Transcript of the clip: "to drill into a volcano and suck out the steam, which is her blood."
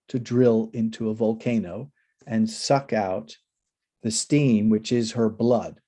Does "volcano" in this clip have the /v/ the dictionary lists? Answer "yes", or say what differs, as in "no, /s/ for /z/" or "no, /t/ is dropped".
yes